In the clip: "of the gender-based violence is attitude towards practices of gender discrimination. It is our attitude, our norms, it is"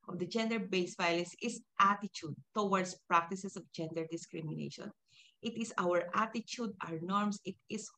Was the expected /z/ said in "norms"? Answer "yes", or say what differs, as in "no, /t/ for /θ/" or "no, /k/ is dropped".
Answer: no, /s/ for /z/